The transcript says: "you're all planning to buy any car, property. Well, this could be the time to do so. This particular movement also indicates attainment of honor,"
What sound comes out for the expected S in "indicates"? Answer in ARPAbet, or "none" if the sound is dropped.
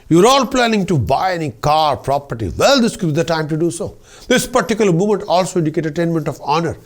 none